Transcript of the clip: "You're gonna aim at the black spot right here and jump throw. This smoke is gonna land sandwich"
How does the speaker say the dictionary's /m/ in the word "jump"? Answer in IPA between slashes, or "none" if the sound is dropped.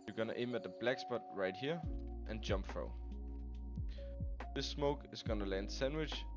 /m/